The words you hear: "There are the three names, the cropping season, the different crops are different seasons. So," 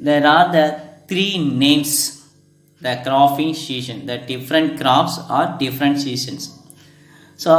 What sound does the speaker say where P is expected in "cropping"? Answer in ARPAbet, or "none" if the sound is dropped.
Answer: F